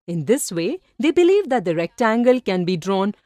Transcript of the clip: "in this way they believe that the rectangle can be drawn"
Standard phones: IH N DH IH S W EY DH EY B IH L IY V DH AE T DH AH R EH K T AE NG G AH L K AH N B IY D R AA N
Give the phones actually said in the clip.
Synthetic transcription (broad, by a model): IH N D IH S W EY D EY B IH L IY V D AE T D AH R EH K T AE NG G AH L K AH N B IY D R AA N